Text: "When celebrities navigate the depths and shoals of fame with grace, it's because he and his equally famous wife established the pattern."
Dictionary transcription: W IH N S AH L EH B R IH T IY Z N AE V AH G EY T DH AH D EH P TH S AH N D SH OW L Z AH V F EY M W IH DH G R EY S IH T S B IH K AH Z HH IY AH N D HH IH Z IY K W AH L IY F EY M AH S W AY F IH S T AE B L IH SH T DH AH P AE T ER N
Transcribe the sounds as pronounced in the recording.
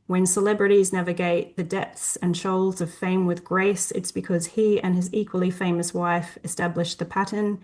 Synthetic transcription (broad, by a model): W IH N S AH L EH B R IH T IY Z N AE V AH G EY T DH AH D EH P TH S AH N SH OW L Z AH V F EY M W IH DH G R EY S IH T S B IH K AH Z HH IY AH N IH Z IY K W AH L IY F EY M AH S W AY F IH S T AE B L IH SH DH AH P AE T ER N